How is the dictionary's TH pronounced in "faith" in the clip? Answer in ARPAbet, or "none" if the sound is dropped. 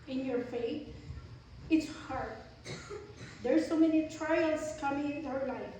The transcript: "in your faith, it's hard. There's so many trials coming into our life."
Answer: T